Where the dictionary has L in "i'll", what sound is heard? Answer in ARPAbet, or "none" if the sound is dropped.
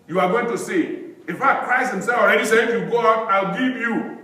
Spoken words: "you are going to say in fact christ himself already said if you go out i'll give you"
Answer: L